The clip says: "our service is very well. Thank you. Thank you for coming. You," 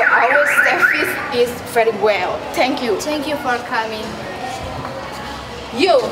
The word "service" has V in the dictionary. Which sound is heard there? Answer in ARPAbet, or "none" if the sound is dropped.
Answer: F